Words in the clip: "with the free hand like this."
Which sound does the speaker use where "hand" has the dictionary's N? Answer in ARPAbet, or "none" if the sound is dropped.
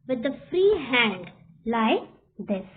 N